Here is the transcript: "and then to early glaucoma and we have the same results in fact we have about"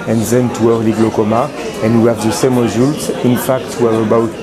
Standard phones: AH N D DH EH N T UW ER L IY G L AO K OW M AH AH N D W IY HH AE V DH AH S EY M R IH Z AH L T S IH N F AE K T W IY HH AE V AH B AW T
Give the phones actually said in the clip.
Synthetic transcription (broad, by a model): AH N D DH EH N T UW ER L IY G L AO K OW M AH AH N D W IY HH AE V DH AH S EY M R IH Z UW L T IH N F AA K T W IY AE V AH B AW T